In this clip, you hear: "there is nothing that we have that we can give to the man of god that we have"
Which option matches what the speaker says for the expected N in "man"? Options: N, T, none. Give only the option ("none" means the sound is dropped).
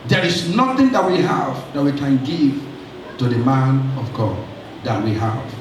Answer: N